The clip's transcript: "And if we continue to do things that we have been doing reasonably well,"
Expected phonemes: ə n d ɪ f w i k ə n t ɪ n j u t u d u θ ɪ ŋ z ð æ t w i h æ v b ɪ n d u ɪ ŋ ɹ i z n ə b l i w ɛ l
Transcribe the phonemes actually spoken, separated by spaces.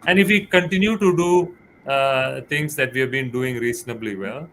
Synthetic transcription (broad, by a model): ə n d ɪ f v i k ə n t ɪ n j u t u d u t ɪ ŋ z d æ t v i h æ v b ɪ n d u ɪ ŋ ɹ i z n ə b l i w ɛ l